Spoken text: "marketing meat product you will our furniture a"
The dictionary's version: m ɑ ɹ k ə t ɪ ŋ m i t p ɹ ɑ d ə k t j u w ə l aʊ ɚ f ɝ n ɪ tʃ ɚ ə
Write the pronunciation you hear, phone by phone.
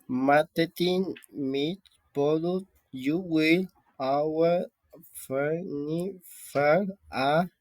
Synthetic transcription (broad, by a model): m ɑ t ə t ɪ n m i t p ɑ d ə t j u w ə l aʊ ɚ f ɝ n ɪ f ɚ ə